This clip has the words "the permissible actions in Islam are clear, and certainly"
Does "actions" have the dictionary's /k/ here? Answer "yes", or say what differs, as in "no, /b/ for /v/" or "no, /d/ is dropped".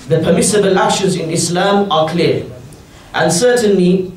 no, /k/ is dropped